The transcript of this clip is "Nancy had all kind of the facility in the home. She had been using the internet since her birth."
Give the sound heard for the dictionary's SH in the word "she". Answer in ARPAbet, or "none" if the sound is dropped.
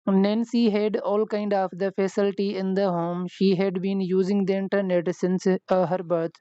SH